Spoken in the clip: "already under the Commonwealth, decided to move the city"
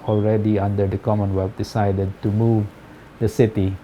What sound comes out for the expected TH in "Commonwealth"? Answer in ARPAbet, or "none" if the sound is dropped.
F